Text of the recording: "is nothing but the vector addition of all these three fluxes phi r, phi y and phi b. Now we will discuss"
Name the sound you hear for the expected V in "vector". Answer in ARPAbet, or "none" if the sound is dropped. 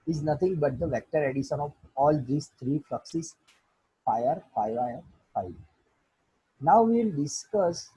V